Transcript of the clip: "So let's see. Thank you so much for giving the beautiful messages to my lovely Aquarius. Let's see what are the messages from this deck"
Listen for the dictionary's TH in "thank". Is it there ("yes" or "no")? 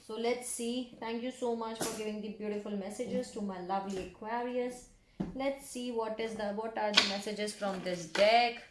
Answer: no